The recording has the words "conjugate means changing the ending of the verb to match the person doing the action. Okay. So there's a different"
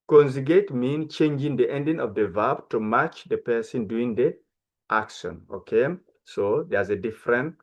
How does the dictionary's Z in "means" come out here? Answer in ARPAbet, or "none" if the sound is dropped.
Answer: none